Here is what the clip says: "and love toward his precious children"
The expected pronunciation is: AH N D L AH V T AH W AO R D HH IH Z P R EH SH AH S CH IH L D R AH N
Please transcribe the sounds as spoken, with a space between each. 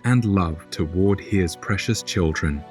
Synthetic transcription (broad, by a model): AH N L AH V T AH W AO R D HH IH Z P R EH SH AH S CH IH L D R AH N